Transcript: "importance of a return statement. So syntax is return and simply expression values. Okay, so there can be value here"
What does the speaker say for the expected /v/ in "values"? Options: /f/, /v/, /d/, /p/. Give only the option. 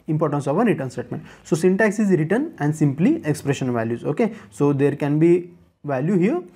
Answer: /v/